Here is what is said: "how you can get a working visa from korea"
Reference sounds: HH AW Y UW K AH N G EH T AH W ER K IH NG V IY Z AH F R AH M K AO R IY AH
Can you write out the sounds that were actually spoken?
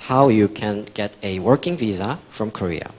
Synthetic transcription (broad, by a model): HH AW Y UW K AH N G EH T AH W ER K IH NG V IY Z AH F R AH M K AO R IY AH